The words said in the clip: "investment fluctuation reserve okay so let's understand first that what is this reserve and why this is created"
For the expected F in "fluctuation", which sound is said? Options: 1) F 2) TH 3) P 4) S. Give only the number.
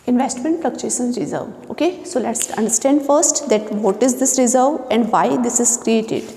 3